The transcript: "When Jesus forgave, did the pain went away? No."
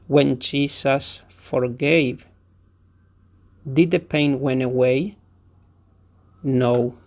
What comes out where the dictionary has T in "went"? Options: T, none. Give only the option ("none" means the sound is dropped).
none